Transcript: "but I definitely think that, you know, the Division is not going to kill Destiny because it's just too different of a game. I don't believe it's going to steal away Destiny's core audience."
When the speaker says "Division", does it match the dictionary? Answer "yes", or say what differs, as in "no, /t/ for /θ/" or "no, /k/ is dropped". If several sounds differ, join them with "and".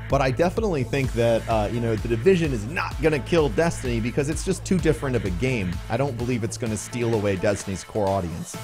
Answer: yes